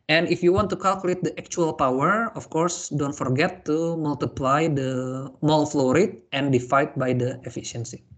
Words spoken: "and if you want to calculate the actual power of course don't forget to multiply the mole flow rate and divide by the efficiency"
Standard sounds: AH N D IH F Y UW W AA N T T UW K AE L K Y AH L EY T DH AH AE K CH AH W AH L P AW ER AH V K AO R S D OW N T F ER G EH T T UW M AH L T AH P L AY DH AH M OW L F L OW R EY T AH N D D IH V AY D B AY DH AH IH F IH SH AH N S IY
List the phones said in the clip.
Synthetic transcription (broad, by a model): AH N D IH F Y UW W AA N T T UW K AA L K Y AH L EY T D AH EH K CH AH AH L P AW ER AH F K AO R S D OW N T F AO G EH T T UW M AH L T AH P L AY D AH M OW L F L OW R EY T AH N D D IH F AY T B AY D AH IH F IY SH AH N S IY